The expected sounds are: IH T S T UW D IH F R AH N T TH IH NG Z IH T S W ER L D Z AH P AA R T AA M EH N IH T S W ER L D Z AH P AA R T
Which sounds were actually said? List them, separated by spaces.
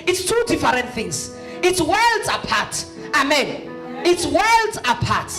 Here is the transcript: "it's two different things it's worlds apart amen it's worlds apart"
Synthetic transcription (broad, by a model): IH T S T UW D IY F R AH N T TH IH NG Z IH T S W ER L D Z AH P AA T AA M EH N IH T S W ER L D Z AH P AA T